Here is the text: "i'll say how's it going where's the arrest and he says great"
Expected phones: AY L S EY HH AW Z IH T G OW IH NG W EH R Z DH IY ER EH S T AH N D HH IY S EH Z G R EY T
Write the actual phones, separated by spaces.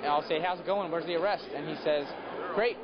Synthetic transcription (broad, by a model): AY L S EY HH AW Z IH T G OW IH NG W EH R Z DH IY ER EH S T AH N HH IY S EH Z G R EY T